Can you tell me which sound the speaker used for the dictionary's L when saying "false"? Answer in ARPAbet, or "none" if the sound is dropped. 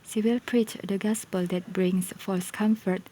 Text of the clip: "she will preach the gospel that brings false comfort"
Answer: none